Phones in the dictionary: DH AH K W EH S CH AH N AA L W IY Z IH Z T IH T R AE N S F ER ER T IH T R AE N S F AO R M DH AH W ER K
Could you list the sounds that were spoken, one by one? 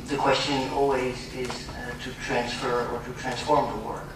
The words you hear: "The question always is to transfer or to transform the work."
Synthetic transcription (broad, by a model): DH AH K W EH S CH AH N AA L W IY Z IH Z T IH T R AE N S F ER ER T IH T R AE N S F AO R M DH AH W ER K